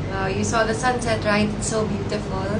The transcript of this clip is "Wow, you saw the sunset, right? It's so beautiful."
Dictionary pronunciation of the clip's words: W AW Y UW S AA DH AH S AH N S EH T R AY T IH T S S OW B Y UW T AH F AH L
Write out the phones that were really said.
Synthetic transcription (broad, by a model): Y UW S AA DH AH S AH N S EH T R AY IH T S S OW B Y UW T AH F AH L